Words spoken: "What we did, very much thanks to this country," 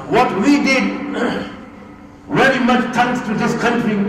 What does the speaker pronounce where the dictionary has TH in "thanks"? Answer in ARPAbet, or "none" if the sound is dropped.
T